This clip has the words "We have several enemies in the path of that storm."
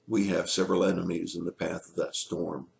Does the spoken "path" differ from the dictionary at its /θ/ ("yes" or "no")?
no